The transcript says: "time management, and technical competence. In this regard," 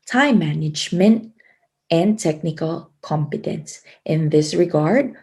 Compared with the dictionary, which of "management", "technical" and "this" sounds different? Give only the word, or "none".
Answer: none